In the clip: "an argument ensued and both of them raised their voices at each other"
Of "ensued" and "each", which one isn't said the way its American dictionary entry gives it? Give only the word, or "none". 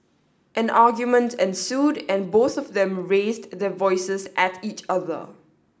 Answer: none